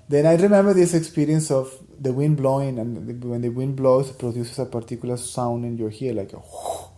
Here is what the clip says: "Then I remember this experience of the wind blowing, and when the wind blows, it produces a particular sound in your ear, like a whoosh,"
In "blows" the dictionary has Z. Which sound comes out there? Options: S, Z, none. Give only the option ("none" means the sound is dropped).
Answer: S